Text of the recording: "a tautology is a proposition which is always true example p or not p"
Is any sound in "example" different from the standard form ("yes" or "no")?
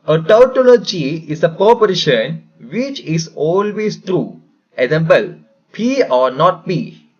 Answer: yes